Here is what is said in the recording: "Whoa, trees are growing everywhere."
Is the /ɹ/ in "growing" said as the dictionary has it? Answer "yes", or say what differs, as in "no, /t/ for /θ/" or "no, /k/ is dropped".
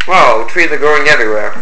no, /ɹ/ is dropped